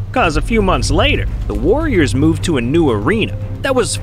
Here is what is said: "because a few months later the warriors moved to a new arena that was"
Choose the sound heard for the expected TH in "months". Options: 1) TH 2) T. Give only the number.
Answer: 1